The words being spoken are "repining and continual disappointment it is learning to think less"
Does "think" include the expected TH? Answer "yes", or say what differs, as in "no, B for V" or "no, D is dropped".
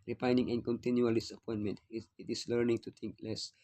no, T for TH